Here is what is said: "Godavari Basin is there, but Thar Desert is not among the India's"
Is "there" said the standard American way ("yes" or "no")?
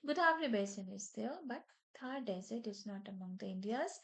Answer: no